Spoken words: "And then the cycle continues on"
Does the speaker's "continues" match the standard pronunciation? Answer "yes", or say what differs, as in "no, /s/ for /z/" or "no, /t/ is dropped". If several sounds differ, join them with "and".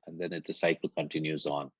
yes